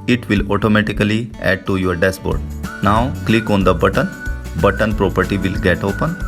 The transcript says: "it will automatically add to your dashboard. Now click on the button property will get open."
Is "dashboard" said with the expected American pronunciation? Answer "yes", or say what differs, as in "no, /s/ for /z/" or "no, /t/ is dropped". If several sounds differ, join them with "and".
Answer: no, /s/ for /ʃ/